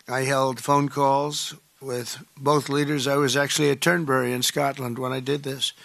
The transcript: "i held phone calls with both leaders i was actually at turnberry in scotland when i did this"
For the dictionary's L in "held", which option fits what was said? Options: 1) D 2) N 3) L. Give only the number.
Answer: 3